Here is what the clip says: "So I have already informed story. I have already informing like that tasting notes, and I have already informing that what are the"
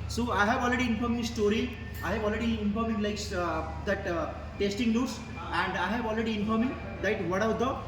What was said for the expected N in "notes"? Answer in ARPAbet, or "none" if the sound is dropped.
L